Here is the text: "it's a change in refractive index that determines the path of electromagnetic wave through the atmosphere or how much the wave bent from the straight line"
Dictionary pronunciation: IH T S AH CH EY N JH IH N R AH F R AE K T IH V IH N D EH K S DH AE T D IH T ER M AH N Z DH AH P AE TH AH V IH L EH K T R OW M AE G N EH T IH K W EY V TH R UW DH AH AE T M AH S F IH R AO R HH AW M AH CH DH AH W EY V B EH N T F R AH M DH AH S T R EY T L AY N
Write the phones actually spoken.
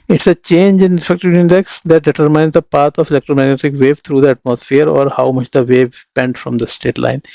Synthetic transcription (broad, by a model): IH T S AH CH EY N JH IH N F EH K T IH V IH N D EH K S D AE T D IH T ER M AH N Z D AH P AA T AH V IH L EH K T R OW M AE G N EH T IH K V EY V T R UW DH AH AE T M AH S F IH R AO R HH AW M AH CH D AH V EY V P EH N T F R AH M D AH S T EY T L AY N